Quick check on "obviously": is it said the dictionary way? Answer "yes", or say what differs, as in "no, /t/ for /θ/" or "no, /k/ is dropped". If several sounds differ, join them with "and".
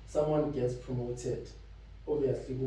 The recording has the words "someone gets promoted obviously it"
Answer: no, /l/ is dropped